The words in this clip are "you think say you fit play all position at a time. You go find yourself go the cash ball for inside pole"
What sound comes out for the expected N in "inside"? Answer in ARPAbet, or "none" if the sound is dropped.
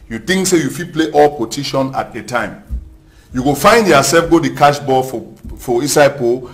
none